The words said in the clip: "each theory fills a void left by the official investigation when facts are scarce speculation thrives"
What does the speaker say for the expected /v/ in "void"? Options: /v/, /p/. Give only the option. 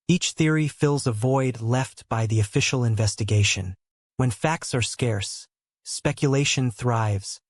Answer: /v/